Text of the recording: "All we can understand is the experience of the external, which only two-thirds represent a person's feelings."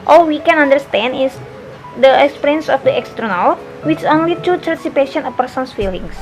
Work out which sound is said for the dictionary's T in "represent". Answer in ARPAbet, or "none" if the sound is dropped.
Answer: none